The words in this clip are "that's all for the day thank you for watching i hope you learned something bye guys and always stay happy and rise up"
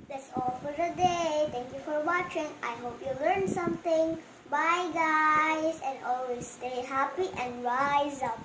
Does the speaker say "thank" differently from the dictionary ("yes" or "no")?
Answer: yes